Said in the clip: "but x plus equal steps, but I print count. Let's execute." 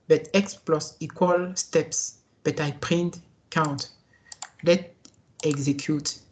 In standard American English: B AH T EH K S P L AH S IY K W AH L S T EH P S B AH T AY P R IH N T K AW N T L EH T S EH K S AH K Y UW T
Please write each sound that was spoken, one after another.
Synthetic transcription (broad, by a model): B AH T EH K S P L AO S IY K W AH L S T EH P S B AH T AY P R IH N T K AW N T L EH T EH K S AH K Y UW T